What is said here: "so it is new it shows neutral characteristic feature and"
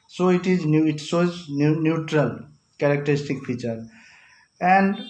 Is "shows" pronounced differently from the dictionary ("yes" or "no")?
yes